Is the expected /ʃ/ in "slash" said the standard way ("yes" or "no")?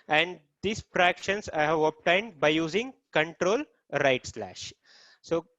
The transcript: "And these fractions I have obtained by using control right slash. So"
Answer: yes